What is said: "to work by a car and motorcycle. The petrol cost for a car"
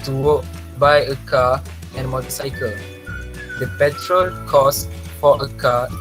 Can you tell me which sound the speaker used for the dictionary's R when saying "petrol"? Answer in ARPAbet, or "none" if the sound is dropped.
R